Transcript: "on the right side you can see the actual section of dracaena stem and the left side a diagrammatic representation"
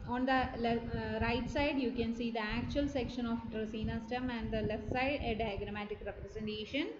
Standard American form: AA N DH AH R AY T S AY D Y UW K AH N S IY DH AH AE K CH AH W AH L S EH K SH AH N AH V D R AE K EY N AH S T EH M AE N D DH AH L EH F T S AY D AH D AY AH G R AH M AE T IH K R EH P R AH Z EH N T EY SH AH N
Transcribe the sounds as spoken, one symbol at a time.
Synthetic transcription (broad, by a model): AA N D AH R AY T S AY D Y UW K AH N S IY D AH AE K CH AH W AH L S EH K SH AH N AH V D R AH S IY N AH S T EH M AE N D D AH L EH F T S AY D AH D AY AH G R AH M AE T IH K R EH P R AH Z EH N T EY SH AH N